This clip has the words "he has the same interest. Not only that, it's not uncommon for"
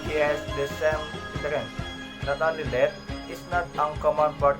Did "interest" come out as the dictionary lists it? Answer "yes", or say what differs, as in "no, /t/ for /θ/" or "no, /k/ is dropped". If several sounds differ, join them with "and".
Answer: no, /n/ is dropped